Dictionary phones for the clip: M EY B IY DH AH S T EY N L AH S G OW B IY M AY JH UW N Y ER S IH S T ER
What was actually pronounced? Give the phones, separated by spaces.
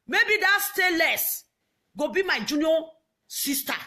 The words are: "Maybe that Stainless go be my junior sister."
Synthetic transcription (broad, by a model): M EY B IY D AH S T EY L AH S G OW B IY M AY JH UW N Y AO S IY S T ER